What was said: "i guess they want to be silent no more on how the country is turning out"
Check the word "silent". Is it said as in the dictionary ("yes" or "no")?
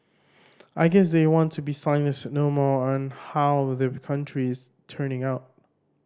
no